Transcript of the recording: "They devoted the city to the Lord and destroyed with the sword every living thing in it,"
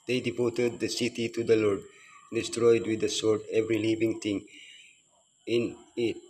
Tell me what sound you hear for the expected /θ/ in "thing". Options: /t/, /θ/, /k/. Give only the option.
/t/